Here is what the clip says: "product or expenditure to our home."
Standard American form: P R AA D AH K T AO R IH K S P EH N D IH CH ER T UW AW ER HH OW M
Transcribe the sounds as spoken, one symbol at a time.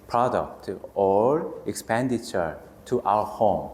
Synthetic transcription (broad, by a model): P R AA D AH K T AO R IH K S P EH N D IH CH ER T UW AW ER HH OW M